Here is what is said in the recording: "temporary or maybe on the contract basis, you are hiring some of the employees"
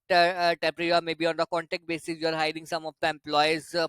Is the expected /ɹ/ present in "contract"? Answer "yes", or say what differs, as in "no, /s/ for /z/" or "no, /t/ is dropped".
no, /ɹ/ is dropped